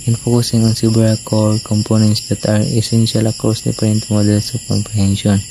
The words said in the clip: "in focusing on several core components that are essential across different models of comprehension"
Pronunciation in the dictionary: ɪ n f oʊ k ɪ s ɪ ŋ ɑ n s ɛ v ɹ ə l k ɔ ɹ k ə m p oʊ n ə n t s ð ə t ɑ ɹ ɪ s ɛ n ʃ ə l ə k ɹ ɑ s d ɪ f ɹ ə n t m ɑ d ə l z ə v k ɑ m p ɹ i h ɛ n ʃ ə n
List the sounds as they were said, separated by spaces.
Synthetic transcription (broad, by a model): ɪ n f oʊ k ɪ s ɪ ŋ ɑ n s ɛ b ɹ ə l k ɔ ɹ k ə m p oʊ n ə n t s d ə t ɑ ɹ ɪ s ɛ n ʃ ə l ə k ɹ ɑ s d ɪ p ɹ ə n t m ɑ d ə l s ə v k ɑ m p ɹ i h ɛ n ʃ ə n